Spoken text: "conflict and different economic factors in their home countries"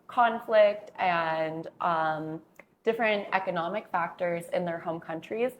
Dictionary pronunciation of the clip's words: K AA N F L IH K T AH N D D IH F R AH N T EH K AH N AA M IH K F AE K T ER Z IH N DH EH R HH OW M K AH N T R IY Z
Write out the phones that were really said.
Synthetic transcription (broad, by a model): K AA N F L IH K T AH N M D IH F R AH N T EH K AH N AA M IH K F AE K T ER Z IH N DH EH R HH OW M K AH N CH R IY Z